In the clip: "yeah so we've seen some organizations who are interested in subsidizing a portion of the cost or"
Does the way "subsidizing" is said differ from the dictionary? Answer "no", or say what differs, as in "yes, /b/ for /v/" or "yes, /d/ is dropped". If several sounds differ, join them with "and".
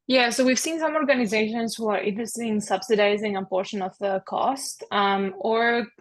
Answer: no